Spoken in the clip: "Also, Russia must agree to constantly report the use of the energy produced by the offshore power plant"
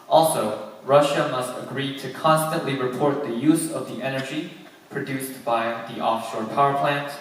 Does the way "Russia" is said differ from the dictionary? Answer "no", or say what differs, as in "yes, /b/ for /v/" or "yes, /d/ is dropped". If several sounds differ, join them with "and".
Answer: no